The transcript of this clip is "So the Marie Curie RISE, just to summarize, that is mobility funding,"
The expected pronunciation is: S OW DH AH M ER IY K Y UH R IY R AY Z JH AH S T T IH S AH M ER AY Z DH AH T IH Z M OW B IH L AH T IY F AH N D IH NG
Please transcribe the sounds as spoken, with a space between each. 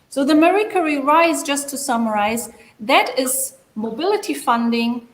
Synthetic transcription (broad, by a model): S OW DH AH M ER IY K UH R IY R AY Z JH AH S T T IH S AH M ER AY Z DH AH T IH Z M OW B IH L AH T IY F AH N D IH NG